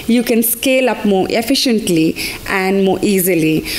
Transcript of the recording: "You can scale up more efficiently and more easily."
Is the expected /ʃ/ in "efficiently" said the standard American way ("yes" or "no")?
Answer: yes